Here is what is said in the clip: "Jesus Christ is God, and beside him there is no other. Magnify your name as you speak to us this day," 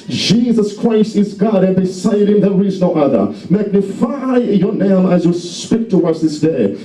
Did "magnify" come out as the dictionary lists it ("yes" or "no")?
yes